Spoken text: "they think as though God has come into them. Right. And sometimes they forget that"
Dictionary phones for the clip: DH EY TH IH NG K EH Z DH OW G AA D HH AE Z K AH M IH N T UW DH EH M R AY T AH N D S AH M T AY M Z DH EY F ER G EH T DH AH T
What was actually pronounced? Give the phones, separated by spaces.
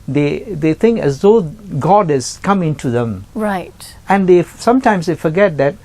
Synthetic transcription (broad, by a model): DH EY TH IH NG K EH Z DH OW G AA D HH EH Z K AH M IH N T UW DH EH M R AY T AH N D S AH M T AY M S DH EY F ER G EH T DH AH T